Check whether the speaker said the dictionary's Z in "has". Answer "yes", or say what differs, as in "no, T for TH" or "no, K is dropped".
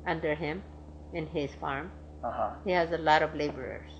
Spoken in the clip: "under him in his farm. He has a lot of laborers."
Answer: yes